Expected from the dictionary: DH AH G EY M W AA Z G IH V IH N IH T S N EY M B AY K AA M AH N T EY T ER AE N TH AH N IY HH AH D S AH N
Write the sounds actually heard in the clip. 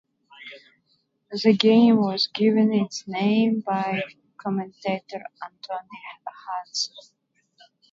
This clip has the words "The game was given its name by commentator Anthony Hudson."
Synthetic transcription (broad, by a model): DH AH G EY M W AA Z G IH V IH N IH T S N EY M B AY K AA M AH N T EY T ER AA N T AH N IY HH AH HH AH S